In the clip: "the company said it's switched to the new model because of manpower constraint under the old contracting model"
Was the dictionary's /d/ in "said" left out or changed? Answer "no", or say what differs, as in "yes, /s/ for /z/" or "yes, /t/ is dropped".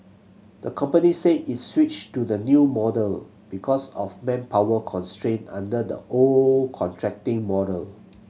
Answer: yes, /d/ is dropped